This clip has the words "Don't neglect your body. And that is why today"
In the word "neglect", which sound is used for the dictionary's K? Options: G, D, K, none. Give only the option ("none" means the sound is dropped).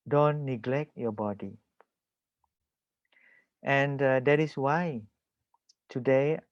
K